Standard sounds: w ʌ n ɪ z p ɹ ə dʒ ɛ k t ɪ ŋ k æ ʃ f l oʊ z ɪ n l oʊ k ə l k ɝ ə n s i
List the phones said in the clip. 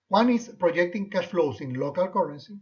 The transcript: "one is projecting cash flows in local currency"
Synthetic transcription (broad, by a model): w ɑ n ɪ s p ɹ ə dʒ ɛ k t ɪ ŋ k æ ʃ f l oʊ s ɪ n l oʊ k ə l k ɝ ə n s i